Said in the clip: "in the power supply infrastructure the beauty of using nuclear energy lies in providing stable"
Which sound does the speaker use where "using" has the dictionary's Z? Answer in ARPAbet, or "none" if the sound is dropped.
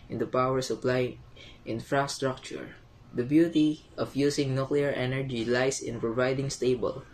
S